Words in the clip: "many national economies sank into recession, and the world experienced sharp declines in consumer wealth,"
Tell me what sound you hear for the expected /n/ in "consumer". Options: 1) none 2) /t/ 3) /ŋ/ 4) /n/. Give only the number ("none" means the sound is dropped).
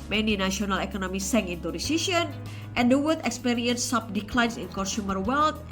1